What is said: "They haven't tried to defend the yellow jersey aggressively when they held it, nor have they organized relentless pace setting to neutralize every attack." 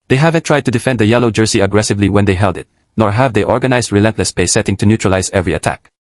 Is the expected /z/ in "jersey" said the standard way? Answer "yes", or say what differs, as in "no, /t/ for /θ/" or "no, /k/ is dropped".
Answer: no, /s/ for /z/